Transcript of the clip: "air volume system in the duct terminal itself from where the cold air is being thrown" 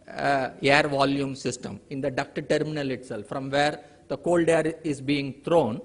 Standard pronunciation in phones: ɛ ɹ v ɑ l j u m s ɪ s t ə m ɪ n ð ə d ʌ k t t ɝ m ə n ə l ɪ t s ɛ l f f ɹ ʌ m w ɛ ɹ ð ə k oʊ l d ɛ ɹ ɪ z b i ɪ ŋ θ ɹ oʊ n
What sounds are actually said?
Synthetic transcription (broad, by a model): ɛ ɹ v ɑ l j u m s ɪ s t ə m ɪ n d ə d ʌ k t t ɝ m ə n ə l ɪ t s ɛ l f f ɹ ʌ m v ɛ ɹ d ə k oʊ l d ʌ ɹ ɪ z b i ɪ ŋ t ɹ oʊ n